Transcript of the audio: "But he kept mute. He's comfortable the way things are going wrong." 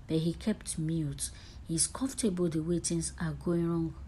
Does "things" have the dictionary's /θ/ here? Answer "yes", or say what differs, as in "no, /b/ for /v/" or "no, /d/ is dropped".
no, /t/ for /θ/